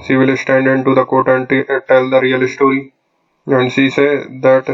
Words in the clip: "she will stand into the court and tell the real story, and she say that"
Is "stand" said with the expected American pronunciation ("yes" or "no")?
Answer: yes